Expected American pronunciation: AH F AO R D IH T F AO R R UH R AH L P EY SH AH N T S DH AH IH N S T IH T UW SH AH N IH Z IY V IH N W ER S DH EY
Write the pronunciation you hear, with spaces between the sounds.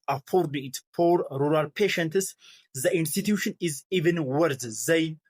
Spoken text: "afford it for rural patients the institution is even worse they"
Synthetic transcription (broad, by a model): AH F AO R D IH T P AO R R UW R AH L P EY SH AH N T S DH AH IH N S T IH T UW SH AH N IH Z IY V IH N W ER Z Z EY